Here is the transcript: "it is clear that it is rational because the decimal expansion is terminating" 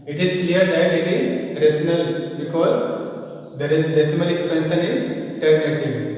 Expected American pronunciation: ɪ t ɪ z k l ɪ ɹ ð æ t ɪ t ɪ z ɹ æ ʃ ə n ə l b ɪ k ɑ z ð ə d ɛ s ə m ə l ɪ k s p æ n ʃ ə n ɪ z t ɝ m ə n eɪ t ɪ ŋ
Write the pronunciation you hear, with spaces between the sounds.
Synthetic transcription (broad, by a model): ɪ t ɪ z k l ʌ ɹ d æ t ɪ t ɪ z ɹ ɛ s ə n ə l b ɪ k ɑ z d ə d ɛ s ə m ə l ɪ k s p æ n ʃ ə n ɪ z t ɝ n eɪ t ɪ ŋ